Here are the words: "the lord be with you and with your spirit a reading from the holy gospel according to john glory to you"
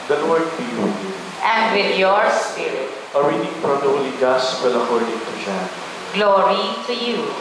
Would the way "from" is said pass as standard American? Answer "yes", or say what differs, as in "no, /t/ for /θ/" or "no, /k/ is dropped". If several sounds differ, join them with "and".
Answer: no, /p/ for /f/